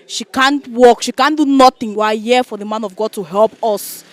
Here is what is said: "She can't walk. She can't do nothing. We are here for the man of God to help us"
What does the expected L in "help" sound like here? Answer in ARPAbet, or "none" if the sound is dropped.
L